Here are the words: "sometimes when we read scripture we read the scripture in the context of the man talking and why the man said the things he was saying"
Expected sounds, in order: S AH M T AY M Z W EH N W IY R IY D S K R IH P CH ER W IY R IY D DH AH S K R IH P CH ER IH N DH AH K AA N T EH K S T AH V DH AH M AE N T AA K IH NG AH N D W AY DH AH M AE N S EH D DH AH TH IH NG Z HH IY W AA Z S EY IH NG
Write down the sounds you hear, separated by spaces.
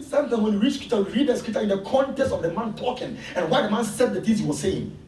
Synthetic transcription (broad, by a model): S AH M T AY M W EH N W IY R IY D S K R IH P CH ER W IY R IY D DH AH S K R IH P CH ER IH N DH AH K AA N T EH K S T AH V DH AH M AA N T AA K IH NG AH N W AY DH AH M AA N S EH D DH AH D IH Z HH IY W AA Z S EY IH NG